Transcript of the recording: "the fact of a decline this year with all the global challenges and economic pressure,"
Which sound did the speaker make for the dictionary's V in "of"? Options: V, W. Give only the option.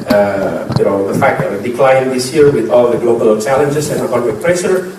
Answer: W